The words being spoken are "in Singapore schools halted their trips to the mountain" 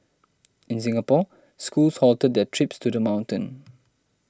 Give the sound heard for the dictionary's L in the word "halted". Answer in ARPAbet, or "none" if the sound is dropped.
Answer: L